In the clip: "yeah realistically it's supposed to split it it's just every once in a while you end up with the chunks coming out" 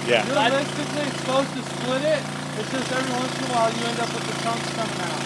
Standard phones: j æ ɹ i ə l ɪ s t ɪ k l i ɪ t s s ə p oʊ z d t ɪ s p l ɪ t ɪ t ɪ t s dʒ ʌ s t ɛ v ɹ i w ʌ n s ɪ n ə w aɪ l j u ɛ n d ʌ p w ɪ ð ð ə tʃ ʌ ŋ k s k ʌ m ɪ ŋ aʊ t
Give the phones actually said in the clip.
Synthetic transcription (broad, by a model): j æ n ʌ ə ɪ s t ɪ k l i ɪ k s s p oʊ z t ɪ s p l ɪ t ɪ t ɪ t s dʒ ʌ s t ɛ v ɹ i w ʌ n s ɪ ə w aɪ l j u ɛ n d ʌ p w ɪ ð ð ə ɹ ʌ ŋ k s k ʌ m ɪ ŋ aʊ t